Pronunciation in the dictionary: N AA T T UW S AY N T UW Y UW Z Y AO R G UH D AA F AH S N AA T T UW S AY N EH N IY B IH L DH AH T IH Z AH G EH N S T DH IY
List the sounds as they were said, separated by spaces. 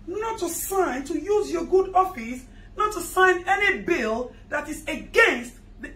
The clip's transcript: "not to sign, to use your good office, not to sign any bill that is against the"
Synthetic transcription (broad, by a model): N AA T T UW S AY N T UW Y UW Z Y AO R G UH D AA F AH S N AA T T UW S AY N EH N IY B IH L DH AH T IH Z AH G EH N S T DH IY